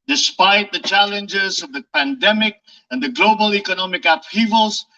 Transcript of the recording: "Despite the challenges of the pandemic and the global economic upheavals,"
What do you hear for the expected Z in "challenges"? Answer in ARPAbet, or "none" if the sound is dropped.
Z